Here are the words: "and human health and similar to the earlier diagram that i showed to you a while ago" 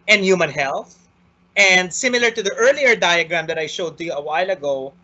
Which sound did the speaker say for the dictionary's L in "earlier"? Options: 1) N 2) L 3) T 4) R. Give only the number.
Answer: 2